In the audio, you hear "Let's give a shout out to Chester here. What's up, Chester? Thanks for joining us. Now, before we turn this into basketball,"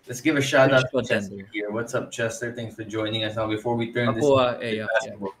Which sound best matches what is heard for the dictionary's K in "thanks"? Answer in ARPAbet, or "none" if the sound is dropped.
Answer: none